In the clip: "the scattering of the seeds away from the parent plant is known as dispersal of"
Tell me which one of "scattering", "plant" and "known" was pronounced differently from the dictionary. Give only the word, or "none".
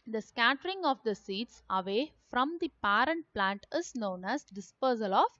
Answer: none